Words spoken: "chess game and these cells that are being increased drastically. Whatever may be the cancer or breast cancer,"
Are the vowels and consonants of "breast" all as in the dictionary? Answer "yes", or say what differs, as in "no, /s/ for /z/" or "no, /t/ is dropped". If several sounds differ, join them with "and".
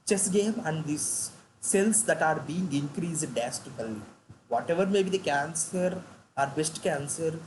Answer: no, /ɹ/ is dropped